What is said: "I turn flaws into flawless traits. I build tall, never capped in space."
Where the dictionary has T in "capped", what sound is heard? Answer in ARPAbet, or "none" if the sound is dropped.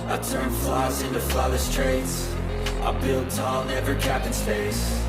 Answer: none